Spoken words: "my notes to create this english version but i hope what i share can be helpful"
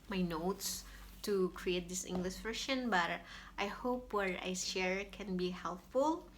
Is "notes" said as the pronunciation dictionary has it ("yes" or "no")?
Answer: yes